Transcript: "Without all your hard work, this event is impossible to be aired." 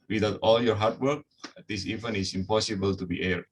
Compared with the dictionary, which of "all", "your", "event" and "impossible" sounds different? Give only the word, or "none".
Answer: event